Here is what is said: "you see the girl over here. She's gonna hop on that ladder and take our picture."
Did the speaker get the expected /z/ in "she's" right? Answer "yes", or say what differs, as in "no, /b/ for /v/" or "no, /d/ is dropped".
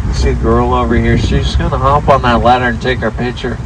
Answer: no, /s/ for /z/